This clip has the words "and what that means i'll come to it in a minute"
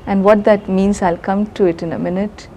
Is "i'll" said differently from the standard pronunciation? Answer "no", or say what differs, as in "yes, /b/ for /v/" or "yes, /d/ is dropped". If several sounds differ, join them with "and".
no